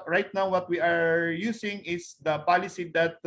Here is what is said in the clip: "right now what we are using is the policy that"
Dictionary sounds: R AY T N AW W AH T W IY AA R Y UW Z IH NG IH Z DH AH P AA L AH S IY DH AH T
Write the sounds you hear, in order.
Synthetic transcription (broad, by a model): R AY T N AW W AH T W IY AA R Y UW S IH NG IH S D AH P AA L AH S IY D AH T